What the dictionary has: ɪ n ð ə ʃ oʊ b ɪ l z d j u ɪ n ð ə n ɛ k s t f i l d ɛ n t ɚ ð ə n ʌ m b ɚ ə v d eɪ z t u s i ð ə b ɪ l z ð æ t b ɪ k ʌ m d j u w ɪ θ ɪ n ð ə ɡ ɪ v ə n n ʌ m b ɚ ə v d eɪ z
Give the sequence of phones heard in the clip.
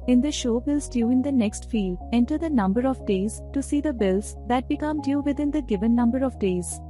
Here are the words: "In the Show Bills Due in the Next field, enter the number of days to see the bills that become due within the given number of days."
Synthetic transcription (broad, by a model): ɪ n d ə ʃ oʊ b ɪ l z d j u ɪ n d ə n ɛ k s t f i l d ɛ n t ɚ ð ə n ʌ m b ɚ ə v d eɪ z t u s i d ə b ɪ l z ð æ t b ɪ k ʌ m d j u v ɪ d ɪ n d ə ɡ ɪ v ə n n ʌ m b ɚ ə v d eɪ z